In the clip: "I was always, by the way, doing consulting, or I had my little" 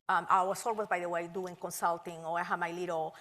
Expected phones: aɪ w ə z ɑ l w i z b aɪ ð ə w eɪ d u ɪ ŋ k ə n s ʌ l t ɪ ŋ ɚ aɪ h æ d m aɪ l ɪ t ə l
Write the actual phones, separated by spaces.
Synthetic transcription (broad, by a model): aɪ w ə s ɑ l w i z b aɪ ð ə w eɪ d u ɪ ŋ k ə n s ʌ l t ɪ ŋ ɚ aɪ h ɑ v m aɪ l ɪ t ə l